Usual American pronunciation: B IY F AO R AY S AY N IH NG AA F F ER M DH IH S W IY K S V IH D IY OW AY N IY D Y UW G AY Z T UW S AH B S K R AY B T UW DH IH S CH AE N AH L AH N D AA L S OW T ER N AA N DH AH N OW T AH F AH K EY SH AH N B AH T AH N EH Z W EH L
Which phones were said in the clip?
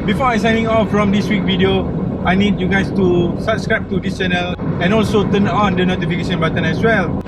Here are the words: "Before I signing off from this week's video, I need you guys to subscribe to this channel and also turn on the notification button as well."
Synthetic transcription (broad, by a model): B IY F AO AY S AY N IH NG AA F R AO M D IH S W IY K V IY D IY OW AY N IY D Y UW G AY S T UW S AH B S K R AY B T UW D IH S CH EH N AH L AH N AA L S OW T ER N AA N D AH N OW T AH F AH K EY SH AH N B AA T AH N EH S W EH L